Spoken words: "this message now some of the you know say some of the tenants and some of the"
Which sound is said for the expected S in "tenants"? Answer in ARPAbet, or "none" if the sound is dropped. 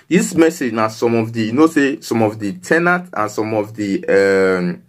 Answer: none